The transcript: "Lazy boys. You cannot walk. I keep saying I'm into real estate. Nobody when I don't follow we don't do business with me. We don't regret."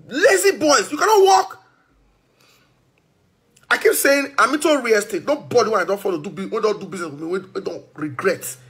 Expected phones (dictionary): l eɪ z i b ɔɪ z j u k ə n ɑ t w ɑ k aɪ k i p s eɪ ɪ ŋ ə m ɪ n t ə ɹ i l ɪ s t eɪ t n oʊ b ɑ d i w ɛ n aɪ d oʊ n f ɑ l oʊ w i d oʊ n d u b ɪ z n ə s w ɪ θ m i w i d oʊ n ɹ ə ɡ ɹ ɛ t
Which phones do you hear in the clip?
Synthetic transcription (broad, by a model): l eɪ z i b ɔɪ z j u k ə n ɑ t w ɑ k aɪ k i p s eɪ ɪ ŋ ə m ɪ t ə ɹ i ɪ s t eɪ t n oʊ b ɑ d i w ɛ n aɪ d oʊ n f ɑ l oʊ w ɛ d oʊ n d u b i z n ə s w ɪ m i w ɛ d oʊ n ɹ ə ɡ ɹ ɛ t